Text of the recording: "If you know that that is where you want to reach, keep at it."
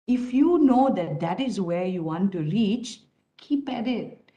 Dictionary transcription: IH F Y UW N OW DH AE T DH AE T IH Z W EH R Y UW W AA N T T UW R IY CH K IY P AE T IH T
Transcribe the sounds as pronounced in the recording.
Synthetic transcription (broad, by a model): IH F Y UW N OW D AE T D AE T IH Z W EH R Y UW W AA N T T UW R IY CH K IY P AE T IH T